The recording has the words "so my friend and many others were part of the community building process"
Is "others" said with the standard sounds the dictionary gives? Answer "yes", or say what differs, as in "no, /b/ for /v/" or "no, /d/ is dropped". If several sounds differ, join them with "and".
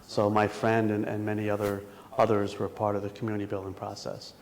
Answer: yes